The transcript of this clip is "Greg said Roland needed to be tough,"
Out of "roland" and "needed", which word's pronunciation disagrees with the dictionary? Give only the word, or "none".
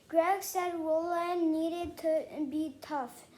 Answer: roland